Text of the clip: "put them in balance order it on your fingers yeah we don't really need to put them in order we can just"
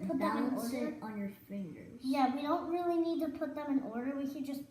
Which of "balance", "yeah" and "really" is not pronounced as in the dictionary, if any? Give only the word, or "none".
balance